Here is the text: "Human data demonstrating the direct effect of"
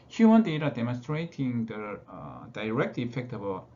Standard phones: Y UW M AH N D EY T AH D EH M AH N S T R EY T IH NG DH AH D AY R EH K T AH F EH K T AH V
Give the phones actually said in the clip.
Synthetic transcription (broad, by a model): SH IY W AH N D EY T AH D EH M AH N S T R EY T IH NG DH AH D AY R EH K T AH F EH K T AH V